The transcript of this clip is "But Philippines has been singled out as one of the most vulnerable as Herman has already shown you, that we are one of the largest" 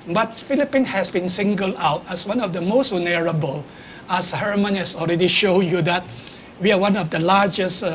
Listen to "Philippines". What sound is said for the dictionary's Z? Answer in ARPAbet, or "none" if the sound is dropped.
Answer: none